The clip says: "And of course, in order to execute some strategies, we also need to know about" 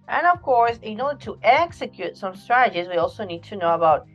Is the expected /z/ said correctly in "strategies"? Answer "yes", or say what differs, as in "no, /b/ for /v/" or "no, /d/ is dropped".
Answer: yes